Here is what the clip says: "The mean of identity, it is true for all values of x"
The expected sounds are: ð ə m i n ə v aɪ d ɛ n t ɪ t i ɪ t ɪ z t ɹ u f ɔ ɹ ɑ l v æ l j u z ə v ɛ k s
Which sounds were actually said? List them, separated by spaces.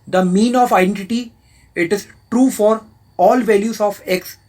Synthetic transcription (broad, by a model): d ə m i n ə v aɪ d ɛ n t ɪ t i ɪ t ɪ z t ɹ u f ɔ ɹ ɑ l v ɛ l j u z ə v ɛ k s